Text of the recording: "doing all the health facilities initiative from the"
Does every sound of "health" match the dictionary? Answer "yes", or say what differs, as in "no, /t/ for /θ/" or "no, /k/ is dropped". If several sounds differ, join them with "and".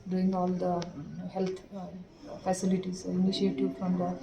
no, /t/ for /θ/